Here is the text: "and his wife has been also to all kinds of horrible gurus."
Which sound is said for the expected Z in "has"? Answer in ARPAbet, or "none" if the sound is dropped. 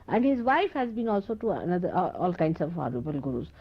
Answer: Z